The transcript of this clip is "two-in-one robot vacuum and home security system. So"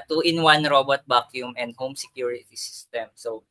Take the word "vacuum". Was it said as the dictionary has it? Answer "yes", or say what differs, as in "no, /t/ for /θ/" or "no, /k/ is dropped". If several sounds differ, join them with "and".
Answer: no, /b/ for /v/